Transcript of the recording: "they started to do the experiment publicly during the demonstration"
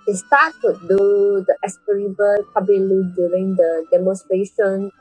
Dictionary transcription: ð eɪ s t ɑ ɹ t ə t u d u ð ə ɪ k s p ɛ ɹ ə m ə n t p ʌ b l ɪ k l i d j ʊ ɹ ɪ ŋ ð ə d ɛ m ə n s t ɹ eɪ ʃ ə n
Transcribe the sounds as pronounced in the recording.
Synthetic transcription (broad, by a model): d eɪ s t ɑ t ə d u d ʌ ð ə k s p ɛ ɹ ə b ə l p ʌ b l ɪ l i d j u ɹ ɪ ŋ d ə d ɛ m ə n s t ɹ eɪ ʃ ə n